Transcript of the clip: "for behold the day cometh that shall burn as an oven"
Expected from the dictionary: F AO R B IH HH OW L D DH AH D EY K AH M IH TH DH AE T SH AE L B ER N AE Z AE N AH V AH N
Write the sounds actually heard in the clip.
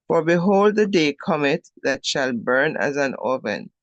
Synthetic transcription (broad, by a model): F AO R B IH HH OW L D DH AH D EY K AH M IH T DH AE T SH AE L B ER N AE Z AE N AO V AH N